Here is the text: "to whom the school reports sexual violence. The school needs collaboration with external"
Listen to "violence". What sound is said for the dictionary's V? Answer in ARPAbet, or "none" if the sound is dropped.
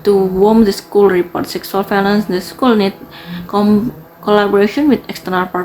F